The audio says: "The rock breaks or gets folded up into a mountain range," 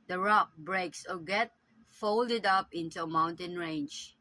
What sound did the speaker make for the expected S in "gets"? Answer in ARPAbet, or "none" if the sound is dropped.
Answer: none